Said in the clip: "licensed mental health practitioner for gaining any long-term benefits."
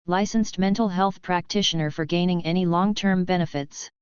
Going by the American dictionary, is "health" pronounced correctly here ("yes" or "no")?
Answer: yes